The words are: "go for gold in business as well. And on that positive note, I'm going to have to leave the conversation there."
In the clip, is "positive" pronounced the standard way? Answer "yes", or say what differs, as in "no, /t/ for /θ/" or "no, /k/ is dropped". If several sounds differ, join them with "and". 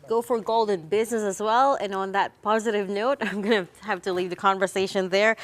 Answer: yes